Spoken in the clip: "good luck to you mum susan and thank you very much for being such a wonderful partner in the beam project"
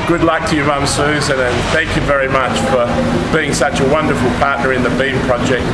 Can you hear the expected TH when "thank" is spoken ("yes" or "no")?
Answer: yes